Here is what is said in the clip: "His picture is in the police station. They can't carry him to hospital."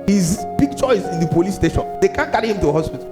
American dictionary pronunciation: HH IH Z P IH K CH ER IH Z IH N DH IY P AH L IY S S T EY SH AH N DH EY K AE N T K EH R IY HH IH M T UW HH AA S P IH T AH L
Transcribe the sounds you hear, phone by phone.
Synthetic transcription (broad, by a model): HH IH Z B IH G CH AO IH S IH N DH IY P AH L IY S S T EY SH AH N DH EY K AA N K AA R IY HH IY M T UW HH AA S P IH T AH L